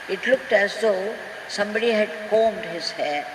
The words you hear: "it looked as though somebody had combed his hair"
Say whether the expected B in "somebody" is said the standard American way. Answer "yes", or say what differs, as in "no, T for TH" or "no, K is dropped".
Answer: yes